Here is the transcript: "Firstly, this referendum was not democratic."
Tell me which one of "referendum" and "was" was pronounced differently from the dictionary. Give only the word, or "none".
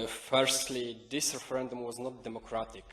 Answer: none